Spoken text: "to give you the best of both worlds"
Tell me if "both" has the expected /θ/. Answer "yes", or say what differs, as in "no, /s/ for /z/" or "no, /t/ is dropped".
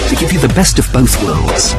yes